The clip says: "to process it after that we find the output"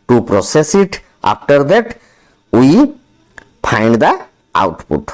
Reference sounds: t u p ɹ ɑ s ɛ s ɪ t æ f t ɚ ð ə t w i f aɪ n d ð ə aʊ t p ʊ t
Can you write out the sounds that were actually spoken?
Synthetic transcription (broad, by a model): t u p ɹ ɑ s ɛ s ɪ t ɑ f t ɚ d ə t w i p aɪ n d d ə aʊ t p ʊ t